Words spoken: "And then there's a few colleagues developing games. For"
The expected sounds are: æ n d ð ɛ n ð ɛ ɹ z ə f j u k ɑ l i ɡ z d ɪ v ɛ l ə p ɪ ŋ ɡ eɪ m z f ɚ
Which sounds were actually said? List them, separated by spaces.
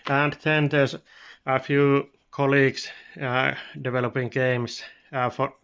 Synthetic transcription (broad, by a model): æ n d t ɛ n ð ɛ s ə f j u k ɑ l i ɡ s d ɪ v ɛ l ə p ɪ ŋ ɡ eɪ m s f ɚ